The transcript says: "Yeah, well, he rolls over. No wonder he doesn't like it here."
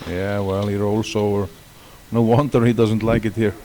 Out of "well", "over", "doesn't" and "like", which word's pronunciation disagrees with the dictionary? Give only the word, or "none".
over